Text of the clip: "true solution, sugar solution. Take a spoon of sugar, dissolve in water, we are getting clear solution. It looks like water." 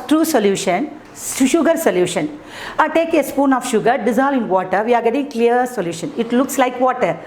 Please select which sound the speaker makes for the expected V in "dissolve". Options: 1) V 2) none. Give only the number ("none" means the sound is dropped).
2